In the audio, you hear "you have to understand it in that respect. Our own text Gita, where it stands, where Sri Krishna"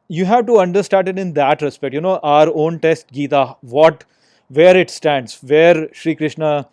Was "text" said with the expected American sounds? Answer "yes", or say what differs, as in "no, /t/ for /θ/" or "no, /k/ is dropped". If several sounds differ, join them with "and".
no, /k/ is dropped